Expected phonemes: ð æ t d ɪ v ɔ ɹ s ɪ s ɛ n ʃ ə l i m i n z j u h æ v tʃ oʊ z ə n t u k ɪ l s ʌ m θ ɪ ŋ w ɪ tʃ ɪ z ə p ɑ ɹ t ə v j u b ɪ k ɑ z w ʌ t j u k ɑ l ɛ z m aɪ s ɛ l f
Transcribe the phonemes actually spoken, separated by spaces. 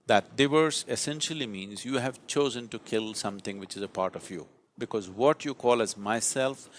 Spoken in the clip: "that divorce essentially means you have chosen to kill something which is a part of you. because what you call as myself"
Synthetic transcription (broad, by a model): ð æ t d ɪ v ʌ ɹ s ɪ s ɛ n ʃ ə l i m i n z j u h æ v tʃ oʊ z ə n t u k ɪ l s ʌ m t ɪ ŋ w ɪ tʃ ɪ z ə p ɑ ɹ t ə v j u b ɪ k ɑ z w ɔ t j u k ɑ l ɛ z m aɪ s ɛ l f